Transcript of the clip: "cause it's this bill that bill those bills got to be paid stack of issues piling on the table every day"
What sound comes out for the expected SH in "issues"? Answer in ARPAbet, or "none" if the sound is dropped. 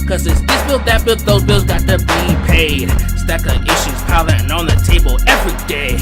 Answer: SH